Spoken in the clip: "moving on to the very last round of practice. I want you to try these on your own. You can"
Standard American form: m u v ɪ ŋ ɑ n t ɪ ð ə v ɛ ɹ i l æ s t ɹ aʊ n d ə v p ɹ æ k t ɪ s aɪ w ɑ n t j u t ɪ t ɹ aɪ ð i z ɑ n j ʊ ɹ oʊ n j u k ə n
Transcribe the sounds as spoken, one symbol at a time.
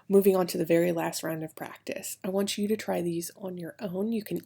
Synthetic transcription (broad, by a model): m u v ɪ ŋ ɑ n t ɪ ð ə v ɛ ɹ i l æ s t ɹ aʊ n d ə v p ɹ æ k t ɪ s aɪ w ɑ n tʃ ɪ t ɪ t ɹ aɪ ð i z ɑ n j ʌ ɹ oʊ n j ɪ k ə n